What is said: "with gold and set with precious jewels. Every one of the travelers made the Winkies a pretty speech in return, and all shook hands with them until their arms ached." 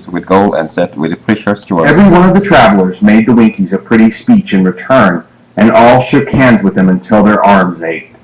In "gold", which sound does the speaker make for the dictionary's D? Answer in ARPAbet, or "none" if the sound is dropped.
none